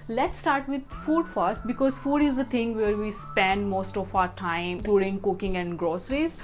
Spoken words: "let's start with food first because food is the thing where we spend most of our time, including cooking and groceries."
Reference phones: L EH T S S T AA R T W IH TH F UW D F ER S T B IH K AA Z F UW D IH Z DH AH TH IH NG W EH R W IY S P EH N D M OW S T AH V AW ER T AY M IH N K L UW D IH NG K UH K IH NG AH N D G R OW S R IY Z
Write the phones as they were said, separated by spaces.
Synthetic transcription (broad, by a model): L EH T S S T AA R T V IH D F UW D F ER S T B IH K AA Z F UW D IH Z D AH T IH NG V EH R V IY S P EH N D M OW S T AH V AW ER T AY M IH K L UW D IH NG K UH K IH NG AH N D G R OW S R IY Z